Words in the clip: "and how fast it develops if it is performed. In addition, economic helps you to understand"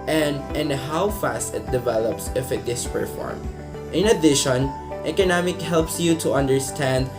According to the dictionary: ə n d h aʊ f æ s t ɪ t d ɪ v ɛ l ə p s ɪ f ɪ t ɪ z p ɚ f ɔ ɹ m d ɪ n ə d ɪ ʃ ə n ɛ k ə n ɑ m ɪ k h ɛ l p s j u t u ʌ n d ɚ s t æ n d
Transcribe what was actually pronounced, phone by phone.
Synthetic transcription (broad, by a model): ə n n h aʊ f æ s t ɪ t d ɪ v ɛ l ə p s ɪ f ɪ t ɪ s p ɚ f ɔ ɹ m ɪ n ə d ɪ ʃ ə n ɛ k ə n ɑ m ɪ k h ɛ l p s j u t u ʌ n d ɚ s t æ n d